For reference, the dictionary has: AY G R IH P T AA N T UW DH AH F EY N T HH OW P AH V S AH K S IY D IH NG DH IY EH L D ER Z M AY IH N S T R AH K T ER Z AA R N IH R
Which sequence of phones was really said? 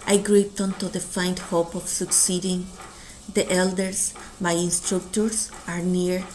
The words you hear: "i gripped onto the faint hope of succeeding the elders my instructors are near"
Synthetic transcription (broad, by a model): AY G R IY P T AA N T UW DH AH F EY N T HH OW P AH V S AH K S IY D IH NG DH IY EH L D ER S M AY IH N S T R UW K T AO S AA R N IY R